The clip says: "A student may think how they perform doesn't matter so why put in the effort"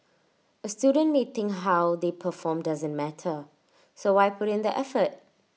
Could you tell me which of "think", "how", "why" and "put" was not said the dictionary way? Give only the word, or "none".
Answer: think